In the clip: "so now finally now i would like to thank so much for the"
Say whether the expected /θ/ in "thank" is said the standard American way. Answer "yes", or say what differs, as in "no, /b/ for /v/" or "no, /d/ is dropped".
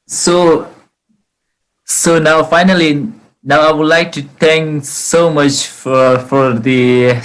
no, /t/ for /θ/